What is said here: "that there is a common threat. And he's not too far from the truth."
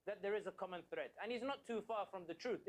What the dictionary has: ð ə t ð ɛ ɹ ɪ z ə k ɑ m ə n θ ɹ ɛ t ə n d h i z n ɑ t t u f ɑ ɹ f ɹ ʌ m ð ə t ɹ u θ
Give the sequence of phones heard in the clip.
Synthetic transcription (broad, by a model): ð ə t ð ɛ ɹ ɪ z ə k ɑ m ə n θ ɹ ɛ t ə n h i z n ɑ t t u f ɑ ɹ f ɹ ʌ m ð ə t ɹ u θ